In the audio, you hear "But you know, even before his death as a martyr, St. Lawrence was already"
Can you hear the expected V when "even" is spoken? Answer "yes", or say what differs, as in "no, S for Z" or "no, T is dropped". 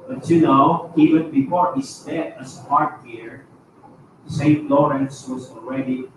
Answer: no, W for V